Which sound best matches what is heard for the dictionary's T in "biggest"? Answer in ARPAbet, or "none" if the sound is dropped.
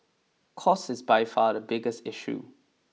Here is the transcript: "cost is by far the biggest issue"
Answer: T